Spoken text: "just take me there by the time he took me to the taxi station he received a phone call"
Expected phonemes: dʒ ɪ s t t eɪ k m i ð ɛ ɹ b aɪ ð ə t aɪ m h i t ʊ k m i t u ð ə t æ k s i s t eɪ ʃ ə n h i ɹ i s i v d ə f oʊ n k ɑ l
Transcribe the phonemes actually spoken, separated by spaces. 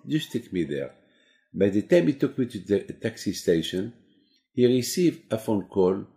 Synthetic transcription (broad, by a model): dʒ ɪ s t t eɪ k m i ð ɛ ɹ b aɪ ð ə t aɪ m h i t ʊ k m i t u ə t æ k s i s t eɪ ʃ ə n h i ɹ i s i v d ə f oʊ n k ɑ l